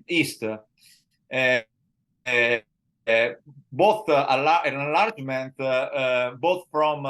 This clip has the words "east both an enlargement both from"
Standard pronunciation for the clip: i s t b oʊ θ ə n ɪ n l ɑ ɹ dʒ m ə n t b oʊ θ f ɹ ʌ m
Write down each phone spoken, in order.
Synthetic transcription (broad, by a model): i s t b oʊ θ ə l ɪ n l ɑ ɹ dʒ m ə n t b oʊ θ f ɹ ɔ m